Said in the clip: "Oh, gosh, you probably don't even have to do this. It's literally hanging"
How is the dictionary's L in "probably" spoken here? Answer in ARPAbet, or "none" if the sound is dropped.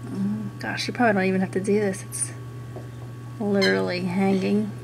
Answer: none